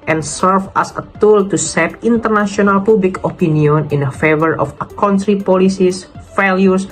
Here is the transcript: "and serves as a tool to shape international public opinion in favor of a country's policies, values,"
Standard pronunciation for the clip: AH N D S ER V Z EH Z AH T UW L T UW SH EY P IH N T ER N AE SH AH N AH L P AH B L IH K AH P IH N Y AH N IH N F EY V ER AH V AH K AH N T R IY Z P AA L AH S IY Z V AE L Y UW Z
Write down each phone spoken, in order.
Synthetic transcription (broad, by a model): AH N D S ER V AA S AH T UW L T UW S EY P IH N T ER N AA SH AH N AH L P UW B L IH K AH P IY N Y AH N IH N F EY V ER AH F AH K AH N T R IY P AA L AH S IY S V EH L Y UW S